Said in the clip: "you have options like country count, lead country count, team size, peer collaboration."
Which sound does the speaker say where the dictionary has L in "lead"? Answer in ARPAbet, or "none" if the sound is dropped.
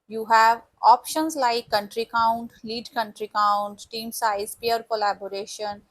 L